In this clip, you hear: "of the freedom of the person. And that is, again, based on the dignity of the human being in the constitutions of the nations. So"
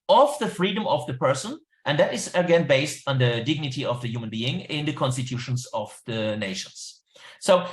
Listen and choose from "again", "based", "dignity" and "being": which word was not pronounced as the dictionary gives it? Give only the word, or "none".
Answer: none